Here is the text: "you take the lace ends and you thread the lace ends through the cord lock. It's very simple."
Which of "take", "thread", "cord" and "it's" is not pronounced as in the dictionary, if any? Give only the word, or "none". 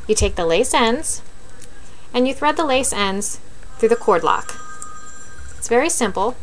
none